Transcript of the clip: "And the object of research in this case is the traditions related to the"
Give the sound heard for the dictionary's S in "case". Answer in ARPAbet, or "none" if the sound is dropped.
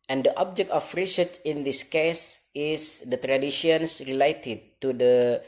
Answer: S